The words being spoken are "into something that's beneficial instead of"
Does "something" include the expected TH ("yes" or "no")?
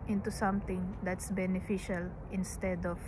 no